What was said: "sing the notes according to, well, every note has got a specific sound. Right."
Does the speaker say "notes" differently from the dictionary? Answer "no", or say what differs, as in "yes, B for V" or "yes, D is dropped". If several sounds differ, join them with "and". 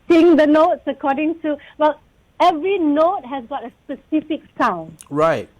no